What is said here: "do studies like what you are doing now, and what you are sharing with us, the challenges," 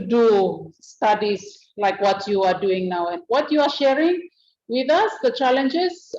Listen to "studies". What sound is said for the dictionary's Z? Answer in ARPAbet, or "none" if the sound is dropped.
S